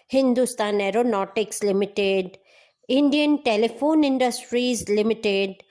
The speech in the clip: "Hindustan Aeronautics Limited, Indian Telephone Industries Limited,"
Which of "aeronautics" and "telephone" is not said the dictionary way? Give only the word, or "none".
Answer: none